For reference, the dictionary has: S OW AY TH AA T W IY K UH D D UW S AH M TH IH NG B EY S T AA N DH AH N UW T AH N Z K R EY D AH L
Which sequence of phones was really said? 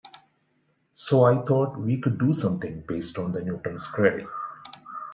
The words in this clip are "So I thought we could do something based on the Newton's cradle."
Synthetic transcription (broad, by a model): S OW AY T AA T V IY K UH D D UW S AH M T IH NG B EY S T AA N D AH N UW T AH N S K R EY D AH